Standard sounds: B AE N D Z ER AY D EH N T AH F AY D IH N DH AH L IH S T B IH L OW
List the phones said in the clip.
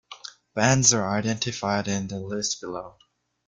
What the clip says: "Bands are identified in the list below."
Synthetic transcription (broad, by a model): B AE N D Z ER AY D EH N T AH F AY D IH N DH AH L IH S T B IH L OW